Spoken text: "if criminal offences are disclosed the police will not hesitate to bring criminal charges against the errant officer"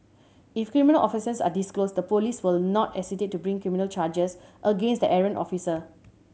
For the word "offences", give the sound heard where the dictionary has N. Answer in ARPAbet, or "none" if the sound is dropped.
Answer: none